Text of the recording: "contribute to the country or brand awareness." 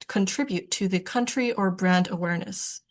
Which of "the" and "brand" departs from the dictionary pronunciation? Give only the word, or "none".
none